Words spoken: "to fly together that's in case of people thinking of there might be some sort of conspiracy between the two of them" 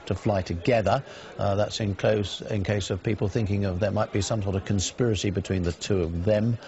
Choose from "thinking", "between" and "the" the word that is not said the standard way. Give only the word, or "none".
none